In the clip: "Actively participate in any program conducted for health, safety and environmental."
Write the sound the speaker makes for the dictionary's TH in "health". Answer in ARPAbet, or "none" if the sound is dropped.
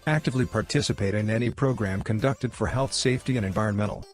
TH